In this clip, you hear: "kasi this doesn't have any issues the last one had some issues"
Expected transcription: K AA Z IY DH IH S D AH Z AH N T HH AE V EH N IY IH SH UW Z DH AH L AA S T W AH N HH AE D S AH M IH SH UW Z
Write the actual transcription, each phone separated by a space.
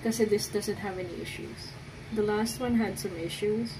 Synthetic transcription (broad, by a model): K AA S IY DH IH S D AH Z AH N T HH AE V EH N IY IH SH UW Z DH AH L AA S T W AH N HH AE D S AH M IH SH UW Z